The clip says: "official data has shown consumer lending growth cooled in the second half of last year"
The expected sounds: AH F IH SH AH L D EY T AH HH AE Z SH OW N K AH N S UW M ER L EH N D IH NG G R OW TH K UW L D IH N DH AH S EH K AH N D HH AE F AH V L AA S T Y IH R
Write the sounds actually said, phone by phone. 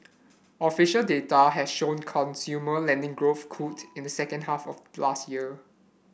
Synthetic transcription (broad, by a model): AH F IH SH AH L D EY T AH HH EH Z SH OW N K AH N S UW M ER L EH N D IH NG G R OW TH K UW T IH N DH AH S EH K AH N D HH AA F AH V L AA S T Y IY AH